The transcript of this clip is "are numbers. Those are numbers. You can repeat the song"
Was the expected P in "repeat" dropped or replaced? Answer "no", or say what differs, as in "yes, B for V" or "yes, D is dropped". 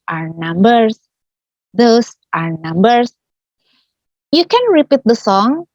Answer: no